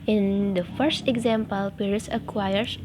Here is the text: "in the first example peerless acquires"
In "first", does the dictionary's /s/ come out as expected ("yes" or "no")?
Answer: yes